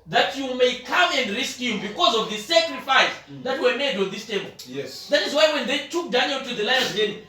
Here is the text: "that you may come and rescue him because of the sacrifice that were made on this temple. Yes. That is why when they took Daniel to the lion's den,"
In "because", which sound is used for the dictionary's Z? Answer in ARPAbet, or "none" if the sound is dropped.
Z